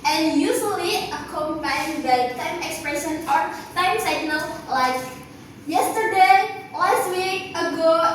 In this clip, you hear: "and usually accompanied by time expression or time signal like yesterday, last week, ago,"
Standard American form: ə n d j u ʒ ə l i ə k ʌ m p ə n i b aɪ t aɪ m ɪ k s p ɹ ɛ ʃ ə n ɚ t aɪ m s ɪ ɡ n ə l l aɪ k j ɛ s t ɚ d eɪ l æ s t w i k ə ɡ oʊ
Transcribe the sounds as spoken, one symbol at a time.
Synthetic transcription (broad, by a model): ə n j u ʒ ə l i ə k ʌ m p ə i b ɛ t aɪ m ɪ k s p ɹ ɛ ʃ ə n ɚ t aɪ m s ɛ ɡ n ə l l aɪ k j ɛ s t ɚ d eɪ l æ s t w i k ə ɡ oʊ